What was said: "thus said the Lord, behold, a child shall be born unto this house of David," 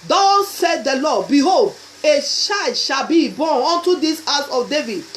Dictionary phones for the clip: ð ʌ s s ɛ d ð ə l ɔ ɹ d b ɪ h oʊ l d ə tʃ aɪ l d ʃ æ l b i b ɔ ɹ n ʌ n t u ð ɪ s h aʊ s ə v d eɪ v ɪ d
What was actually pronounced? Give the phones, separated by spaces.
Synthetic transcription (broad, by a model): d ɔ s s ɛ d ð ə l ɔ b ɪ h oʊ l d ə ʃ aɪ d ʃ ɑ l b i b ɔ n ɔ n t u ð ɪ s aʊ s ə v d eɪ v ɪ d